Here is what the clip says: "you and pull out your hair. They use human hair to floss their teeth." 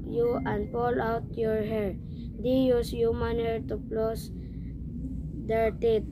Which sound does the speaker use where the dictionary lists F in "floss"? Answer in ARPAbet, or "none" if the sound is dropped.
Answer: P